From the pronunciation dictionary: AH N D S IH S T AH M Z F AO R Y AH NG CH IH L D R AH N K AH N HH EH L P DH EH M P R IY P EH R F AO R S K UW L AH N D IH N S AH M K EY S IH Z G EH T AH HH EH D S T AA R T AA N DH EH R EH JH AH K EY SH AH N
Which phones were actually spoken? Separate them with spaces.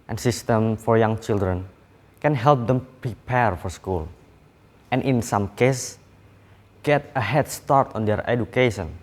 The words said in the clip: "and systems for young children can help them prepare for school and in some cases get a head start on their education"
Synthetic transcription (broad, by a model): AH N S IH S T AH M F AO R Y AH NG CH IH L D R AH N K AH N HH EH L P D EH M P R IY P EH R F AO R S K UW L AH N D IH N S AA M K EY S G EH T AH HH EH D S T AA R T AA N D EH R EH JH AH K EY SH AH N